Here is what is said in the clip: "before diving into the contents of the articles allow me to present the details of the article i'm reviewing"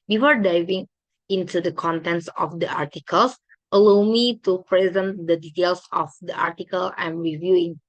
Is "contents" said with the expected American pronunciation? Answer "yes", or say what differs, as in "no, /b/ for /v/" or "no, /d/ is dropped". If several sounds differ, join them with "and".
yes